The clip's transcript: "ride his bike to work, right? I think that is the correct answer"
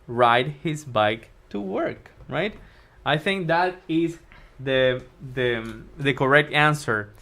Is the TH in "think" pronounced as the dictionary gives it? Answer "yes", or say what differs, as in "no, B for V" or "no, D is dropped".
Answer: yes